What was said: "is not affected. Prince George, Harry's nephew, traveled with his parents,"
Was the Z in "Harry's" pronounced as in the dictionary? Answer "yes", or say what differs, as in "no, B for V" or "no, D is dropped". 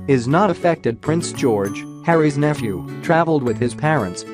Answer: yes